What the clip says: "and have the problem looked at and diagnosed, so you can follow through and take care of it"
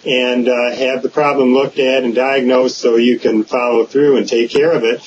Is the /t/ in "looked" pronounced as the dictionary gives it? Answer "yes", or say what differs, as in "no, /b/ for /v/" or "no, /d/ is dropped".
yes